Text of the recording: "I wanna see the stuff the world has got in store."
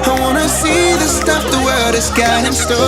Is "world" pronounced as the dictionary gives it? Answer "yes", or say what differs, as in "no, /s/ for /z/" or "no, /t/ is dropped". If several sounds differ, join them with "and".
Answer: no, /l/ is dropped